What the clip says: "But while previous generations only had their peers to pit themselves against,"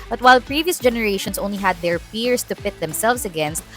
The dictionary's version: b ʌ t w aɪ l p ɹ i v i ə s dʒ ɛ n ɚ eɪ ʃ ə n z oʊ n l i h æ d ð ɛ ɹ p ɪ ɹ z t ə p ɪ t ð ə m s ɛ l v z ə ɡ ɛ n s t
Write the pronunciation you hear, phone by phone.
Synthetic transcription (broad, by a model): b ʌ t w aɪ l p ɹ i v i ə s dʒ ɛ n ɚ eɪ ʃ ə n s oʊ n l i h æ d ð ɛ ɹ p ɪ ɹ s t ə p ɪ t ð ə m s ɛ l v s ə ɡ ɛ n s t